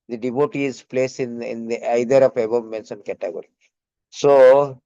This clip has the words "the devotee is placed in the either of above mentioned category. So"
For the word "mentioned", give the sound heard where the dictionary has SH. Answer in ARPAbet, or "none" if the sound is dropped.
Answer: S